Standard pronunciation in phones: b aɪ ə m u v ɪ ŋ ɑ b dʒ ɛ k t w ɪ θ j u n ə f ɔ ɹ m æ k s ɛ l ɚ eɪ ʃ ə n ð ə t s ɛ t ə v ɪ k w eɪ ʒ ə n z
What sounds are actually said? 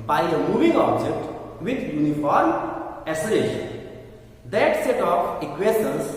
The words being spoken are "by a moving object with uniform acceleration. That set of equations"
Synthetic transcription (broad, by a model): b aɪ ə m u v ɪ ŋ ɑ b dʒ ɛ k t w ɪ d j u n ə f ɔ ɹ m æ s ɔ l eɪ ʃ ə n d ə t s ɛ t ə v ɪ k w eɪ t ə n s